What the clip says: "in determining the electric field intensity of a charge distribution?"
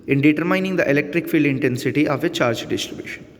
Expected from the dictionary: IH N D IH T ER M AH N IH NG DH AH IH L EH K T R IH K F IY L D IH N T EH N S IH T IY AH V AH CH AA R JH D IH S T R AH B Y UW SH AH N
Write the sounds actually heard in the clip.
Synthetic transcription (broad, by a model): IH N D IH T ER M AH N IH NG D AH IH L EH K T R IH K F IY L D IH N T EH N S IH T IY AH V AH CH AA R JH D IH S T R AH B Y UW SH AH N